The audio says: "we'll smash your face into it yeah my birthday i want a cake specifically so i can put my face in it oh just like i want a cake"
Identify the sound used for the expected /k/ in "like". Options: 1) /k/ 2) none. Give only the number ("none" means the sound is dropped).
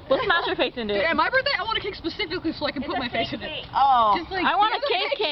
2